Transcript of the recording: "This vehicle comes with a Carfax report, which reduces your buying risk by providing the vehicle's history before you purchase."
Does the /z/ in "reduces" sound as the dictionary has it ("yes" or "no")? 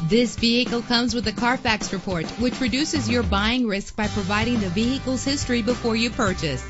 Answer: yes